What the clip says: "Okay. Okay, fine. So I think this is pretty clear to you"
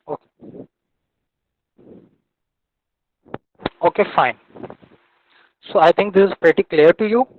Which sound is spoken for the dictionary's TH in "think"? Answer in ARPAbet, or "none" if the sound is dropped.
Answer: T